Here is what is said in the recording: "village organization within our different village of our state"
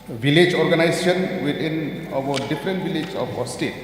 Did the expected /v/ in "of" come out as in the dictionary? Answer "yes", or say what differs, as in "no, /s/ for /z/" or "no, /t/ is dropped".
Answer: no, /p/ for /v/